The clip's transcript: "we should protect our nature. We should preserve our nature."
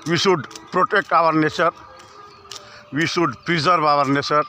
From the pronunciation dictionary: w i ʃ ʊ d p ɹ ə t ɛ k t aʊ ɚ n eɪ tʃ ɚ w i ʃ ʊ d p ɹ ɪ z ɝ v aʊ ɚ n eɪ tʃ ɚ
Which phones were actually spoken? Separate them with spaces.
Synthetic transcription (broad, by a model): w i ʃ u d p ɹ ə t ɛ k t aʊ ɚ n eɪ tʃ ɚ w i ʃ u d p ɹ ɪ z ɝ b aʊ ɚ n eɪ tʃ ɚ